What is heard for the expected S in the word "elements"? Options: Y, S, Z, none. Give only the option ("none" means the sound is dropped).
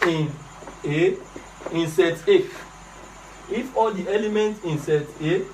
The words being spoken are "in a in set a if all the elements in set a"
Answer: none